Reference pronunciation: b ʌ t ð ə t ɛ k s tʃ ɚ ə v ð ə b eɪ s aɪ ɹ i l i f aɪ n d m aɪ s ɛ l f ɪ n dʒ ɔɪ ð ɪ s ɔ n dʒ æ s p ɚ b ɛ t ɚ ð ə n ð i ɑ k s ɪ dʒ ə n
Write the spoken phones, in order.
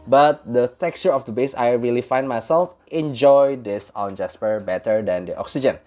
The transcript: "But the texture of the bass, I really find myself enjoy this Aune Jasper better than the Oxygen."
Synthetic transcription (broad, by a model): b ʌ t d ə t ɛ k s tʃ ɚ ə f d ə b eɪ s aɪ ɹ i l i f aɪ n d m aɪ s ɛ l f ɪ n dʒ ɔɪ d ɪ s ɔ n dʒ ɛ s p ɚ b ɛ t ɚ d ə n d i ɑ k s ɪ dʒ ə n